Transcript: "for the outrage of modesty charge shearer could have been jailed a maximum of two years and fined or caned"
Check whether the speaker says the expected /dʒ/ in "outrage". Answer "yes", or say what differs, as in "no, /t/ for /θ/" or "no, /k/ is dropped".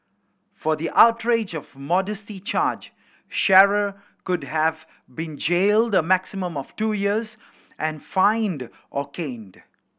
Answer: yes